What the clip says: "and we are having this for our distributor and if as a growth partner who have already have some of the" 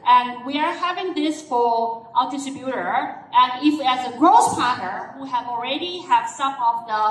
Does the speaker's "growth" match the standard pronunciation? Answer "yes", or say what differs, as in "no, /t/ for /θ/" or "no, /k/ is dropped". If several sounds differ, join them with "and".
no, /s/ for /θ/